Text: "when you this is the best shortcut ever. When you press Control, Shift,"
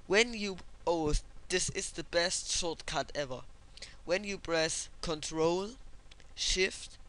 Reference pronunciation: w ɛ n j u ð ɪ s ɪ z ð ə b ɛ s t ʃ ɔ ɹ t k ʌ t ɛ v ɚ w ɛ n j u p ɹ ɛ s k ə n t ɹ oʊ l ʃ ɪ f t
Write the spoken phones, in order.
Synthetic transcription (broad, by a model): w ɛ n j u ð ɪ s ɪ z ð ə b ɛ s t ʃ ɔ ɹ t k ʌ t ɛ v ɚ w ɛ n j u b ɹ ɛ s k ə n t ɹ oʊ l ʃ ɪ f t